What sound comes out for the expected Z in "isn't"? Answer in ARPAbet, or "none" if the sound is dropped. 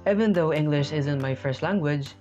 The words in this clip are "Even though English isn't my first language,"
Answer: Z